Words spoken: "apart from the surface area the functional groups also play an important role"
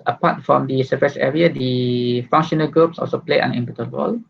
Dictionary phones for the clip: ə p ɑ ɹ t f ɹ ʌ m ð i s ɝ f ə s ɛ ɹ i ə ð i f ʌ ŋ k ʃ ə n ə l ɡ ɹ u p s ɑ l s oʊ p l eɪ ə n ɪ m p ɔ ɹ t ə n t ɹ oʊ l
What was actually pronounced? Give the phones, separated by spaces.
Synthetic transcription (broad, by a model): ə p ɑ t f ɹ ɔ m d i s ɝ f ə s ɛ ɹ i ə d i f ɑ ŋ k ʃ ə n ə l ɡ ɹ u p s ɑ l s oʊ p l eɪ ə n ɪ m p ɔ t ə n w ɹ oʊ l